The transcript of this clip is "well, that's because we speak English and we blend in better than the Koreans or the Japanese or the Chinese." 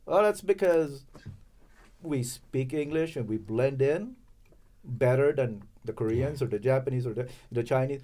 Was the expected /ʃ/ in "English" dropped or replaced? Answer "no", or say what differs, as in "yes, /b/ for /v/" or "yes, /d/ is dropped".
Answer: no